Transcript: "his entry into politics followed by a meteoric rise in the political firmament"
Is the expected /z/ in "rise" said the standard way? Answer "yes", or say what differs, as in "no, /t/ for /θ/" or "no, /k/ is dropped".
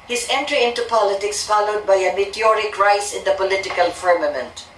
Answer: no, /s/ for /z/